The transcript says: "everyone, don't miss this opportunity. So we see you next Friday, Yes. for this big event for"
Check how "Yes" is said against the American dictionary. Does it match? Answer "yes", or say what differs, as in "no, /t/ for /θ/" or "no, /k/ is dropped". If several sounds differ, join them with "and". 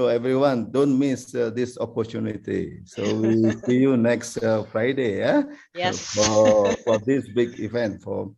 no, /s/ is dropped